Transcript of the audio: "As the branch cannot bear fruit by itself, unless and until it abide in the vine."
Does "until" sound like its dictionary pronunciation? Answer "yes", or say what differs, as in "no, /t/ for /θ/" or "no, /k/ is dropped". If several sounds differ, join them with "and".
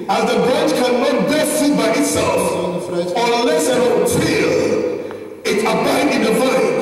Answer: no, /n/ is dropped